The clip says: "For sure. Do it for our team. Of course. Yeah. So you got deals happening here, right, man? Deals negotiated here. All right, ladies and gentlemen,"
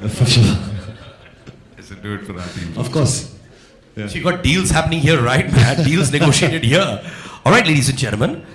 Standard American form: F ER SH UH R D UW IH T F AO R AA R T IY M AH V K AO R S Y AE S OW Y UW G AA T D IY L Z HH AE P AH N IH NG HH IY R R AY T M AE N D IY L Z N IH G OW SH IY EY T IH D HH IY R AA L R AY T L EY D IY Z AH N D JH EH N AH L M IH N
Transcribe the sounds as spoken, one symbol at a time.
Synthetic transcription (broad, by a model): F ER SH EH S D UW IH T F AO R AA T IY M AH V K AO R S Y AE SH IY G AA T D IY L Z HH AE P AH N IH NG HH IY R R AY T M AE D IY L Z N IH G OW SH IY EY T IH D HH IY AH AA L R AY T L EY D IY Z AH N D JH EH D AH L M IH N